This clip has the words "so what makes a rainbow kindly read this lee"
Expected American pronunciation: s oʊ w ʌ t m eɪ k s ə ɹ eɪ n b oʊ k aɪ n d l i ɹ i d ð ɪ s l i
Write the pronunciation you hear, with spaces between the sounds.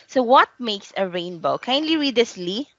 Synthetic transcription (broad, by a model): s oʊ w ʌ t m eɪ k s ə ɹ eɪ n b oʊ k aɪ n d l i ɹ i d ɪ s l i